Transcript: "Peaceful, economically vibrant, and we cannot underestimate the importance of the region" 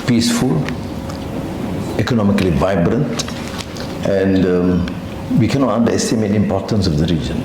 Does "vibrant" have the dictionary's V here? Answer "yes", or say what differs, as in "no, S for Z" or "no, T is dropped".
yes